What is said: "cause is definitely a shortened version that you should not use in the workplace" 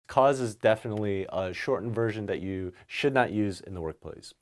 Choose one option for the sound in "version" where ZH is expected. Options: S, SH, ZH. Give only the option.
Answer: ZH